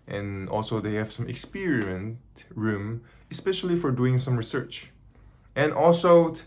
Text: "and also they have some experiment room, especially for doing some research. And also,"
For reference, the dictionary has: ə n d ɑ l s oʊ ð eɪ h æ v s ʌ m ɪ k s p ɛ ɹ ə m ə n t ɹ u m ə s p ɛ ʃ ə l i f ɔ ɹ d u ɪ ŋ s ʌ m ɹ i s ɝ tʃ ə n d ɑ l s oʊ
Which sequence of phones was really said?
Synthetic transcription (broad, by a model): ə n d ɑ l s oʊ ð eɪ h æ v s ʌ m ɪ k s p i ɹ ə ə n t ɹ u m ə s p ɛ ʃ ə l i f ɔ ɹ d u ɪ ŋ s ʌ m ɹ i s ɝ tʃ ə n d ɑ l s oʊ